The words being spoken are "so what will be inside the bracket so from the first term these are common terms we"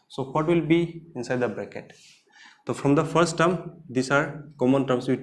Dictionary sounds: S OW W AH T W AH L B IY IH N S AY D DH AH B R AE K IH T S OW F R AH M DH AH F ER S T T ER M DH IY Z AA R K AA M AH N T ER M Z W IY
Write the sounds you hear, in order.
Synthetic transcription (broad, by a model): S OW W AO T W AH L B IY IH N S AY D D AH B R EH K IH T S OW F R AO M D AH F ER S T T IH M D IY S AA R K AA M AH N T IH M S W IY